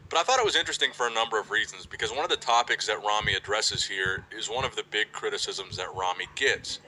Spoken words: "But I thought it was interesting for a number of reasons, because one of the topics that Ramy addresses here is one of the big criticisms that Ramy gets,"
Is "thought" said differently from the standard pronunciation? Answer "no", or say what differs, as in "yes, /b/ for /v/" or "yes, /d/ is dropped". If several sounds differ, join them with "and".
no